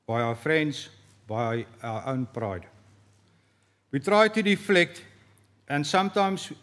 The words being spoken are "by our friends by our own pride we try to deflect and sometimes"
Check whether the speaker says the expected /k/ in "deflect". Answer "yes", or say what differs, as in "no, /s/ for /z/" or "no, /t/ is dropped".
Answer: yes